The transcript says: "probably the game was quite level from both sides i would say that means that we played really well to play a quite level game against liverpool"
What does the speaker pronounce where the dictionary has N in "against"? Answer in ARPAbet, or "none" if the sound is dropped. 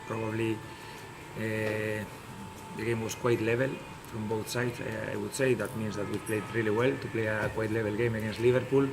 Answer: N